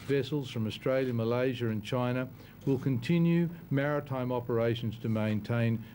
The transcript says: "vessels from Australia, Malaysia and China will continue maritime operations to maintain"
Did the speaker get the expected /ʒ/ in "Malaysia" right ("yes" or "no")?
yes